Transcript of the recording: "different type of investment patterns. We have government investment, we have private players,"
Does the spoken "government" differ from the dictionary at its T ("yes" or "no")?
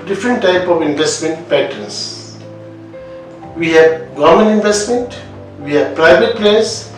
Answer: yes